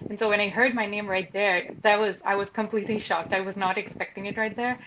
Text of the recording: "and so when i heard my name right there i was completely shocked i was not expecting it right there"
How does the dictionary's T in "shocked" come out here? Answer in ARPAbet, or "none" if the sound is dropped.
T